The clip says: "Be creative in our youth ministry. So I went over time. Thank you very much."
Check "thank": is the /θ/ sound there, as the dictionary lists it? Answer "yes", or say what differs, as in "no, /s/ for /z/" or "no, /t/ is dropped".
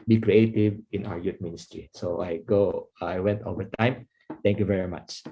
no, /t/ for /θ/